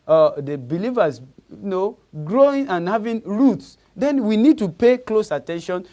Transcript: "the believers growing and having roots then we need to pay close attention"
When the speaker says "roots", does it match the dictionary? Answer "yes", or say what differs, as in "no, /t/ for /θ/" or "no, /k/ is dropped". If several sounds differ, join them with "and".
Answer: yes